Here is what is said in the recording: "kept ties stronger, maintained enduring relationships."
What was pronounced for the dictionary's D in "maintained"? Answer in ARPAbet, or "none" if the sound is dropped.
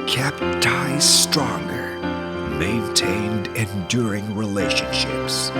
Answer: D